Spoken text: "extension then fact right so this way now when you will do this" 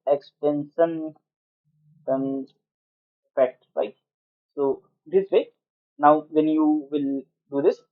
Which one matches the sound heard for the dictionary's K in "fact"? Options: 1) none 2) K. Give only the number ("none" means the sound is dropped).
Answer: 1